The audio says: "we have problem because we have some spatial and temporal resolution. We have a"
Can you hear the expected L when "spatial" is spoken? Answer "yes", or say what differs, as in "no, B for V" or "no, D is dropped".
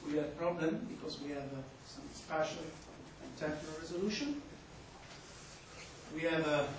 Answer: no, N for L